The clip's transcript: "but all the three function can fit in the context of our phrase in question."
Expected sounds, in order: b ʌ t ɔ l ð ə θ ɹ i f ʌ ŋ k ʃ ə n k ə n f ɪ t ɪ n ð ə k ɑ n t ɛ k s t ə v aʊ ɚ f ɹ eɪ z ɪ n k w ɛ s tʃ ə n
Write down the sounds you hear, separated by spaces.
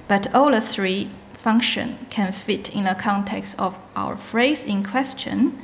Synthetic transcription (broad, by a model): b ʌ t ɔ l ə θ ɹ i f ʌ ŋ k ʃ ə n k ə n f ɪ t ɪ n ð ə k ɑ n t ɛ k s t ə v aʊ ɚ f ɹ eɪ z ɪ n k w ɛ s tʃ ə n